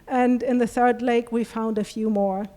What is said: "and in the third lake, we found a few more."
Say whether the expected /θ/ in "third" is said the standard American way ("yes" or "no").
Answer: yes